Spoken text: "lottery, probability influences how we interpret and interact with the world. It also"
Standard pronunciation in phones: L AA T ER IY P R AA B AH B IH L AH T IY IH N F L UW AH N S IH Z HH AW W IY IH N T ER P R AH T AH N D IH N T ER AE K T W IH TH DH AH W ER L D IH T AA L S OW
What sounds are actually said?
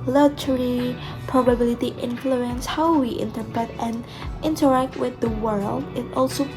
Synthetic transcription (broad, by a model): L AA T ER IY P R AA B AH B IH L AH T IY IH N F L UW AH N S HH AW W IY IH N T ER P R AH T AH N IH N T ER AE K T W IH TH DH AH W ER L D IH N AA L S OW